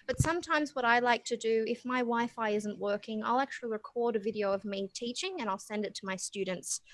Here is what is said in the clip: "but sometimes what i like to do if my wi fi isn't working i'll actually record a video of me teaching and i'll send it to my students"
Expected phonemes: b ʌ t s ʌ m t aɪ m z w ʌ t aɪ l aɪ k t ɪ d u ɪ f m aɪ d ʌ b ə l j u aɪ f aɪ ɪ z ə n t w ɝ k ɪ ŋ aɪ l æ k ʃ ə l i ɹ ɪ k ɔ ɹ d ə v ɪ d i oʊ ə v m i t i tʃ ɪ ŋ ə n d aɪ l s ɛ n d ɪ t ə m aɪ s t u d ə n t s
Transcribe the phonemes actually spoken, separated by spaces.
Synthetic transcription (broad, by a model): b ʌ t s ʌ m t aɪ m z w ʌ t aɪ l aɪ k t ɪ d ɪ ɪ f m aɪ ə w aɪ f aɪ ɪ z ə n t w ɝ k ɪ ŋ aɪ l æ k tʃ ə l i ɹ ɪ k ɔ ɹ d ə v ɪ d i oʊ ə v m i t i tʃ ɪ ŋ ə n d aɪ l s ɛ n d ɪ t ə m aɪ s t u d n t s